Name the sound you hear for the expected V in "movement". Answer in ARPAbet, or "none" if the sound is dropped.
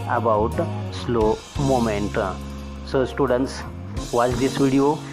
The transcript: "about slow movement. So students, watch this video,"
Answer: none